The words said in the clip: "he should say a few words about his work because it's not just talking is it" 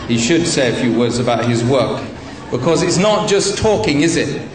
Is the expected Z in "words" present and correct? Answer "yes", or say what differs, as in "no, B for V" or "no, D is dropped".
yes